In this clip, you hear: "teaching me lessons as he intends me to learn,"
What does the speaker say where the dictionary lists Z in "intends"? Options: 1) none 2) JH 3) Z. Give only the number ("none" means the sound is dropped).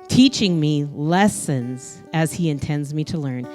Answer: 3